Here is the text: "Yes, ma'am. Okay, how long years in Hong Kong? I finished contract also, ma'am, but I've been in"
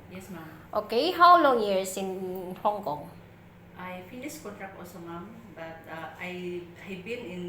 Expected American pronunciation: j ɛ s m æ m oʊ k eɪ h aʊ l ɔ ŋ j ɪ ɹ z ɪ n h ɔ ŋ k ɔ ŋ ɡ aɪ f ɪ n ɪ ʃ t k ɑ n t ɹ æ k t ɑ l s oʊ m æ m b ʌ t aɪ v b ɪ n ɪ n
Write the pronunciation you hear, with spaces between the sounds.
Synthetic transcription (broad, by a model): j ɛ s m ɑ m oʊ k eɪ h aʊ l ɔ ŋ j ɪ ɹ s ɪ n h ɔ ŋ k ɔ ŋ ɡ aɪ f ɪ n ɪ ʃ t k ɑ n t ɹ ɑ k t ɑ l s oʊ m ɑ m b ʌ t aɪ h b ɪ n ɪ n